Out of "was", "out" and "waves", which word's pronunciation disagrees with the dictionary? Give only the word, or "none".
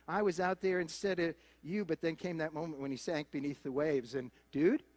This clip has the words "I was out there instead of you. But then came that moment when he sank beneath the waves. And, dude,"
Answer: none